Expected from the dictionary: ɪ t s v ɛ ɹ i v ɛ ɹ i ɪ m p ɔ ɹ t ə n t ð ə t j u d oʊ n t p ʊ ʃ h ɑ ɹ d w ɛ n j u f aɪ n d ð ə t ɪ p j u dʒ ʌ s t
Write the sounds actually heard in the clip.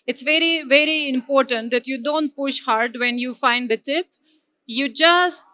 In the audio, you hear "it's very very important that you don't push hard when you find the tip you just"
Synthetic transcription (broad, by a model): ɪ t s v ɛ ɹ i v ɛ ɹ i ɪ m p ɔ ɹ t ə n t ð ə t j u d oʊ n t p ʊ ʃ h ɑ ɹ d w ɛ n j u f aɪ n d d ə t ɪ p j u dʒ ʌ s t